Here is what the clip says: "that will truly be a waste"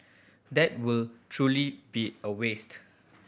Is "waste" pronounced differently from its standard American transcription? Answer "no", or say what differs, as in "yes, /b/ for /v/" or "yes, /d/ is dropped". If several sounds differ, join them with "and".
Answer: no